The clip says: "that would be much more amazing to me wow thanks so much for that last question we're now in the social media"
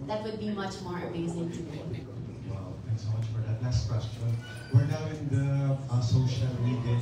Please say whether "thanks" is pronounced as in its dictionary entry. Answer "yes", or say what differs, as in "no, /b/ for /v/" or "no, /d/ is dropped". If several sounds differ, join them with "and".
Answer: no, /t/ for /θ/